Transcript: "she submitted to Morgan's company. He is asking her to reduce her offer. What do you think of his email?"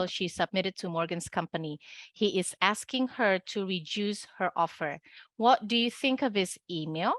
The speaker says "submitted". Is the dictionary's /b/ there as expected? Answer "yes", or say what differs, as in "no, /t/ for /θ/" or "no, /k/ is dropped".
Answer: yes